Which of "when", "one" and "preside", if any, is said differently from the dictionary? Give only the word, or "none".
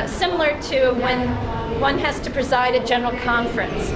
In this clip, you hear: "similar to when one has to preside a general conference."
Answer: none